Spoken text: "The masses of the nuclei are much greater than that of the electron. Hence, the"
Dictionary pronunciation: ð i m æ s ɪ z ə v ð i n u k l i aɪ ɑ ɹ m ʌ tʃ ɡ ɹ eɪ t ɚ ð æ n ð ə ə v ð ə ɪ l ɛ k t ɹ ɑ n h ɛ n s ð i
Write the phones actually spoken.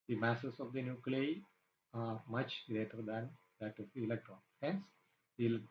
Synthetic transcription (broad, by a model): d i m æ s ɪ s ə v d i n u k l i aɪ ɑ ɹ m ʌ tʃ ɡ ɹ eɪ t ɚ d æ n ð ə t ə ɪ l ɛ k t ɹ ɑ n h ɛ n s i